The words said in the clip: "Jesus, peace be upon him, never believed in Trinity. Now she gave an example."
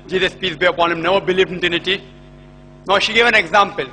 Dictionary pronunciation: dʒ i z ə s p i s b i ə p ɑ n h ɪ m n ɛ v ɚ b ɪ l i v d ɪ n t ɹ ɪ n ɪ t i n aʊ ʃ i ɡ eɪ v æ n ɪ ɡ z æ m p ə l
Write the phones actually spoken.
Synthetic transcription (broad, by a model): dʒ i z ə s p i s b i ə p ɑ n h ɪ m n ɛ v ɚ b ɪ l i v d ɪ n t ɪ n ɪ t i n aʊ ʃ i ɡ eɪ v æ n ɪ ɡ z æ m p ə l